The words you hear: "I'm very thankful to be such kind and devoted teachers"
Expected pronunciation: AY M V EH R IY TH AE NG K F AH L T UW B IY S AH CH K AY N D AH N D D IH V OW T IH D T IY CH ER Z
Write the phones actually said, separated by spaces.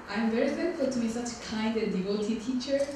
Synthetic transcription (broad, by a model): AY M V EH R IY F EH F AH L T UW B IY S AH CH K AY N D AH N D D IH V OW T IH T IY CH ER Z